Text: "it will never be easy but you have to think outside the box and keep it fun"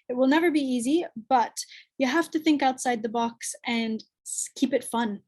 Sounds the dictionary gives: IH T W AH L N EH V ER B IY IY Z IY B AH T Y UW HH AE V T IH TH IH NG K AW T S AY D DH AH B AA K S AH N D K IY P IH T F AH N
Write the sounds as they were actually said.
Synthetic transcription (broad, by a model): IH T W AH L N EH V ER B IY IY Z IY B AH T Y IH HH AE F T IH TH IH NG K AW T S AY D DH AH B AA K S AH N K IY P IH T F AH N